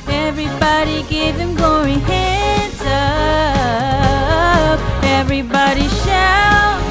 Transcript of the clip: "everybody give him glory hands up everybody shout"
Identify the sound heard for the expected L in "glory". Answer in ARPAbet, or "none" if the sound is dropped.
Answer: none